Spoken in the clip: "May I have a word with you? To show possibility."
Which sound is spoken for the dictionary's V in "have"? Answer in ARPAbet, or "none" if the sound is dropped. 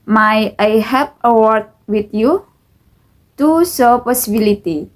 P